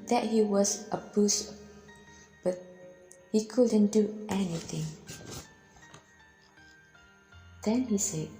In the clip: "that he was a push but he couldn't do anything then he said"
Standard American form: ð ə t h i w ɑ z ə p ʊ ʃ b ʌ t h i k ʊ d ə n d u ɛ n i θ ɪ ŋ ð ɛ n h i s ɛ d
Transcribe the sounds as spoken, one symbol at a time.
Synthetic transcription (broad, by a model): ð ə t h i w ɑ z ə b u s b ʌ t h i k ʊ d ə n d u ɛ n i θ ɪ ŋ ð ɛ n h i s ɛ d